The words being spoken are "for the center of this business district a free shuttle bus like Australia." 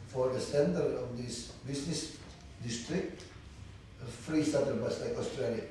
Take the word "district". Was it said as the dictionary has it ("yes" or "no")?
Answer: yes